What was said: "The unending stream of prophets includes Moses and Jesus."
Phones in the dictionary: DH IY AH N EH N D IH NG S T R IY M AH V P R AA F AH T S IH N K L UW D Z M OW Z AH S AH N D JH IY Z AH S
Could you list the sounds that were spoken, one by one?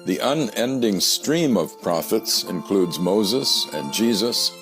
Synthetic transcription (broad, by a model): DH IY AH N EH N D IH NG S T R IY M AH V P R AA F AH T S IH N K L UW D Z M OW Z AH S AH N JH IY Z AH S